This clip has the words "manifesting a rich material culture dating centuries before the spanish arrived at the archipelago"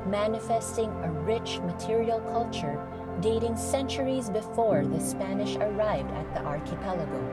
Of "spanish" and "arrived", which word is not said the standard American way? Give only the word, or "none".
none